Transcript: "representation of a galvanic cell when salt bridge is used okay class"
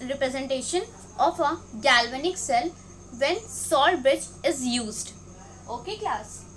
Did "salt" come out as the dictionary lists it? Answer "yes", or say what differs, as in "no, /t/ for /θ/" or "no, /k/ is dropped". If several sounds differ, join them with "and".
no, /l/ is dropped